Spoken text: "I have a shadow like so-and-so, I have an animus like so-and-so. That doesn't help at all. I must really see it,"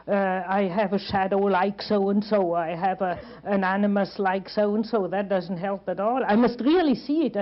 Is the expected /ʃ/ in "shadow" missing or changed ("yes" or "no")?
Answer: no